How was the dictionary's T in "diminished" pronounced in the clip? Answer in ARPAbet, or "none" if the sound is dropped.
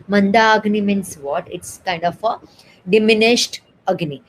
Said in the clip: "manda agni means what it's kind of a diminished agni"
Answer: T